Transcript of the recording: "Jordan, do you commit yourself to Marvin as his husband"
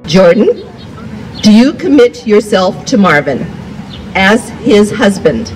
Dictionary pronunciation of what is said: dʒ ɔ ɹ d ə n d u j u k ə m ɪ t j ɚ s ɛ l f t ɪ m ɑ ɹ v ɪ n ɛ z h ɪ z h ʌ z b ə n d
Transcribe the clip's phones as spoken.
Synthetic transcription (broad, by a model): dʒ ɔ ɹ d n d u j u k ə m ɪ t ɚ s ɛ l f t ɪ m ɑ ɹ v ɪ n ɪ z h ɪ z h ʌ z b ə n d